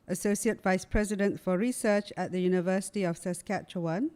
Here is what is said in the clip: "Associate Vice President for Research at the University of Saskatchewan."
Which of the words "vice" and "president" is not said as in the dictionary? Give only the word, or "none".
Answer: none